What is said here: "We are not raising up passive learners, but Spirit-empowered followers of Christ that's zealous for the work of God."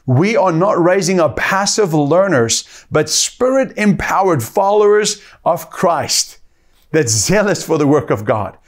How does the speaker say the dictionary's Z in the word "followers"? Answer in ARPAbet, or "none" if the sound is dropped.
Z